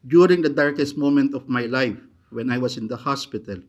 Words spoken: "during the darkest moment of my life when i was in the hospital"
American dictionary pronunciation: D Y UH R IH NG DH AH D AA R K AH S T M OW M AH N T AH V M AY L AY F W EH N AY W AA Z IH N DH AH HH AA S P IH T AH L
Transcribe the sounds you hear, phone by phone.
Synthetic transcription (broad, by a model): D Y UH R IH NG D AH D AA R K AH S T M OW M AH N T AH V M AY L AY F W EH N AY W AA S IH N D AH HH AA S P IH T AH L